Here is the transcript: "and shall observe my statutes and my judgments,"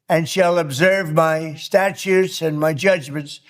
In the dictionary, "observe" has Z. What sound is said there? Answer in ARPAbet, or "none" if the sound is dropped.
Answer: Z